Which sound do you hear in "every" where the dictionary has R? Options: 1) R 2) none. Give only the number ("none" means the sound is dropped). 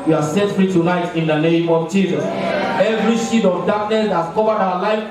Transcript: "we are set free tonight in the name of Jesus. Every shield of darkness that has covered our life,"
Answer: 1